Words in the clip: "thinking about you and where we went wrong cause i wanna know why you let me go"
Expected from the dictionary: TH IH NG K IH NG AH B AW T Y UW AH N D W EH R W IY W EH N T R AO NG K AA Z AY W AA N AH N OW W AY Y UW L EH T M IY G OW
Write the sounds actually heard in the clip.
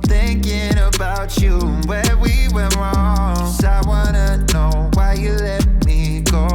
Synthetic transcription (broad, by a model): TH IH NG K IH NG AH B AW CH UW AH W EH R W IY W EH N R AO NG AA IH W AA N AH N OW W AY Y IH L EH T M IY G OW